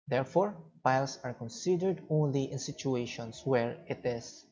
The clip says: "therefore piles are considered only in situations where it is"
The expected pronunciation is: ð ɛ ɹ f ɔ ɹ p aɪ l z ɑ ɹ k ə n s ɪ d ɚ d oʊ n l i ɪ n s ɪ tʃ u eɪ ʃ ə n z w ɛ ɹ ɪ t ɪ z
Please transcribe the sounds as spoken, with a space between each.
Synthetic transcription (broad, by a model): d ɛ ɹ f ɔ ɹ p aɪ l s ɑ ɹ k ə n s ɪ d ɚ d oʊ n l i ɪ n s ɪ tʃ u eɪ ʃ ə n s w ɛ ɹ ɪ t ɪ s